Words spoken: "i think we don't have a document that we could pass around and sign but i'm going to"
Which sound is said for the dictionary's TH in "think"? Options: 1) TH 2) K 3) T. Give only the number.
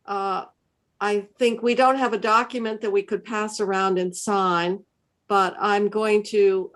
1